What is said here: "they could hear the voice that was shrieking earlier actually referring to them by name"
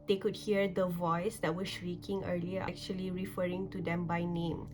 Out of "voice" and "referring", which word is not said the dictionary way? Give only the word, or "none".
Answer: none